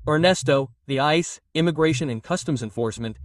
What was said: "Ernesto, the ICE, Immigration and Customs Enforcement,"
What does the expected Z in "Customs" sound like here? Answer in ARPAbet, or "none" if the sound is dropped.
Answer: Z